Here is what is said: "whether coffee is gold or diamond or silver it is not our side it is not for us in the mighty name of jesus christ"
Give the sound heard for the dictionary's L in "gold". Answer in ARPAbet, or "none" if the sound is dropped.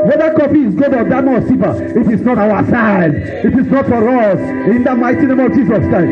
none